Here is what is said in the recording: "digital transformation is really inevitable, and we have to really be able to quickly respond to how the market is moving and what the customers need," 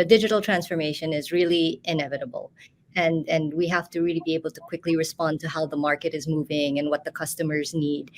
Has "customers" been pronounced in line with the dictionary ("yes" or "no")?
yes